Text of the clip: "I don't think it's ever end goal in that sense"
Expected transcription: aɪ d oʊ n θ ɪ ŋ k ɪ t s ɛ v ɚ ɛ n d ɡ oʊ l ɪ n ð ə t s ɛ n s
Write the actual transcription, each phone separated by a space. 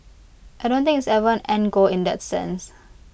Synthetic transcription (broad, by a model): aɪ d oʊ n t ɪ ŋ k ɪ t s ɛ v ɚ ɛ n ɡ oʊ ɪ n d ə t s ɛ n s